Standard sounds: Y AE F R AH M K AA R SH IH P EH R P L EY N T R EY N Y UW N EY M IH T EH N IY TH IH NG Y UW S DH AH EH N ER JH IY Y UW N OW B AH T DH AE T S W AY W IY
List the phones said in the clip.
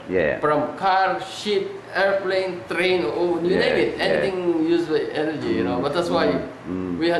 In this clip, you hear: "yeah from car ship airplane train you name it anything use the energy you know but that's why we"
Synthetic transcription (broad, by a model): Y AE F R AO M K AA R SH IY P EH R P L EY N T R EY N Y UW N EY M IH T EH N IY T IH NG Y UW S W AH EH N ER JH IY Y UW N OW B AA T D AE T S W AY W IY